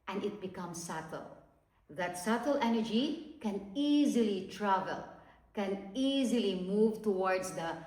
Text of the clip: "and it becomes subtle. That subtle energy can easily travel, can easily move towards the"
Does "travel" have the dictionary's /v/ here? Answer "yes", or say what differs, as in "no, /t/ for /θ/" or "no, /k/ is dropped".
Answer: yes